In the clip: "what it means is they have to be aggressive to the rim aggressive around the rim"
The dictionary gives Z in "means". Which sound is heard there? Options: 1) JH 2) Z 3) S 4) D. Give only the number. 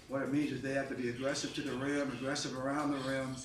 2